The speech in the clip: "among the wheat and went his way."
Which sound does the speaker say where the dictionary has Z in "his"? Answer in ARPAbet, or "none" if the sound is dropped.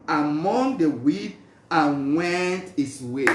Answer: S